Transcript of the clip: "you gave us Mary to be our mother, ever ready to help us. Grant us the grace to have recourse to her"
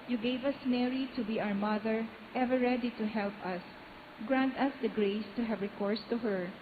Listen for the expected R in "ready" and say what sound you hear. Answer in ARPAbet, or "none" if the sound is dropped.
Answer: R